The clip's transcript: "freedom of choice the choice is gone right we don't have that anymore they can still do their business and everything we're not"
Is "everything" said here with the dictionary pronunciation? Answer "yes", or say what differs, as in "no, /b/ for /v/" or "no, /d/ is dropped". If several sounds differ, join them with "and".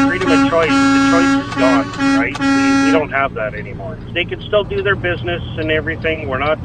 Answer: yes